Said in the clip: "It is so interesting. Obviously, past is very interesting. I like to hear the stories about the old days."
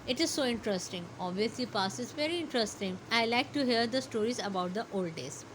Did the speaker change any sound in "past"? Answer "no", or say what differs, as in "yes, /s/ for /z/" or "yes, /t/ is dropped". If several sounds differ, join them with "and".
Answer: yes, /t/ is dropped